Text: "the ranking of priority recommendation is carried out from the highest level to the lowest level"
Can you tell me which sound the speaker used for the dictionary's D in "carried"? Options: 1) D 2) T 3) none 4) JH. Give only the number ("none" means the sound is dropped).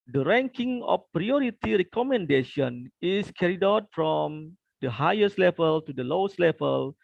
1